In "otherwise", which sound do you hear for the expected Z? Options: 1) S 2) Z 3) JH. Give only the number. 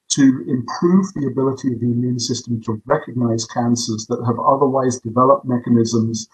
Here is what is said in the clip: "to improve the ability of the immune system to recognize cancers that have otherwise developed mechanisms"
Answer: 2